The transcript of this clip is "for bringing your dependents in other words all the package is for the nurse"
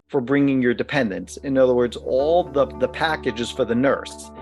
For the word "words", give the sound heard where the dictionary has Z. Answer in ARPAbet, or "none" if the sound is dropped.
Z